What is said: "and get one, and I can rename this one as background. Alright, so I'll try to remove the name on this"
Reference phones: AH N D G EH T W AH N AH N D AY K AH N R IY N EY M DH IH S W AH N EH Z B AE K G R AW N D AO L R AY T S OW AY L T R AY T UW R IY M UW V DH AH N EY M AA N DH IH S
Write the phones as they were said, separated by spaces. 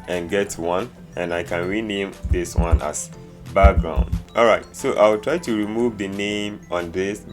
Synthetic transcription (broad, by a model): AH N G EH T W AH N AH N AY K AH N R IY N EY M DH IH S W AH N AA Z B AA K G R AW N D AO L R AY T S OW AY W T R AY T UW R IY M UW V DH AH N EY M AA N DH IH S